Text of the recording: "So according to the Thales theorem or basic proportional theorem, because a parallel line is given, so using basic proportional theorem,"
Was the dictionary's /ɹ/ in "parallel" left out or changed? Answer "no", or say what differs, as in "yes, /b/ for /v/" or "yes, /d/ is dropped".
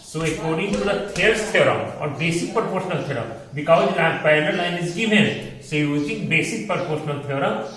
yes, /ɹ/ is dropped